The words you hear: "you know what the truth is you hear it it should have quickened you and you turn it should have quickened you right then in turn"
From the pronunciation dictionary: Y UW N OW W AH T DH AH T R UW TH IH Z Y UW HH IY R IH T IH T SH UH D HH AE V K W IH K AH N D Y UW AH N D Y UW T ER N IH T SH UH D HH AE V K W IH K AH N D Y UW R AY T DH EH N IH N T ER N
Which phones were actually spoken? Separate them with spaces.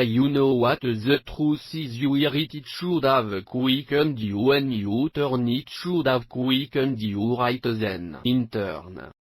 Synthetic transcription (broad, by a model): Y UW N OW W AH T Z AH T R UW S IH Z Y UW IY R IH T IH T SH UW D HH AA V K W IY K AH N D Y UW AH N Y UW T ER N IH T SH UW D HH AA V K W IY K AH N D Y UW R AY T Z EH N IH N T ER N